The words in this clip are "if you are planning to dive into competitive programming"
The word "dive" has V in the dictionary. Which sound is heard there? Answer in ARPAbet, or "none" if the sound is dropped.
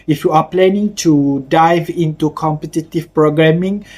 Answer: V